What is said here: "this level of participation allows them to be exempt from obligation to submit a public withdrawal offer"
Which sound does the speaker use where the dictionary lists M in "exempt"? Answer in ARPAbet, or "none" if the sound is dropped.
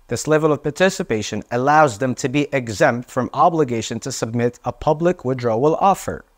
M